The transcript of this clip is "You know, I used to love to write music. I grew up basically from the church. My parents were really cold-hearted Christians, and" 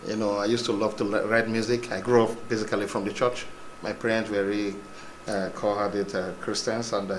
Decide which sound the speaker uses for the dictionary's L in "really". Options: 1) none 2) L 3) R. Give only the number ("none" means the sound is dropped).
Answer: 1